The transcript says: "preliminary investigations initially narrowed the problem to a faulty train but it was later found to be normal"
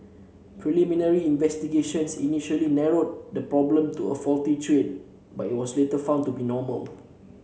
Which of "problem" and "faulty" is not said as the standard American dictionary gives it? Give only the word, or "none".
none